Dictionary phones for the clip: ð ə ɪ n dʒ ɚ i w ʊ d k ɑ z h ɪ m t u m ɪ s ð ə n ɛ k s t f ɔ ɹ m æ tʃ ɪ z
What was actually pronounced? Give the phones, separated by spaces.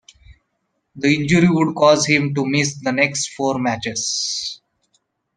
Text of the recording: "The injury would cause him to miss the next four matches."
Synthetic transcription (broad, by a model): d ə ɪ n dʒ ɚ i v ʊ d k ɑ z h ɪ m t u m ɪ s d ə n ɛ k s t f ɔ ɹ m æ tʃ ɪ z